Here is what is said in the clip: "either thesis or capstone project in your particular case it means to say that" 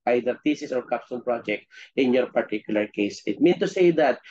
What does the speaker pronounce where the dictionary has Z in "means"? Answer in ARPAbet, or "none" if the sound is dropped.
none